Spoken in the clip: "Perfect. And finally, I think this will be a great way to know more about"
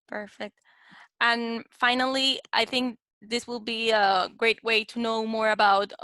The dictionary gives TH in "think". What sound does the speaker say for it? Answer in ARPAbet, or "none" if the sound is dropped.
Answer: TH